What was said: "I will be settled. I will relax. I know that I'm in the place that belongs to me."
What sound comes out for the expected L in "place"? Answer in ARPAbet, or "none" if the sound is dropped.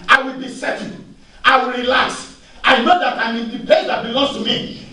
none